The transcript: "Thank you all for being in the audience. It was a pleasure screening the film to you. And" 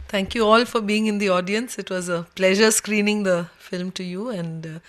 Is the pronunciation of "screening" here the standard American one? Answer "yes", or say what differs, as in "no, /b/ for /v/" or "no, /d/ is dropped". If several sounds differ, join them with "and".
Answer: yes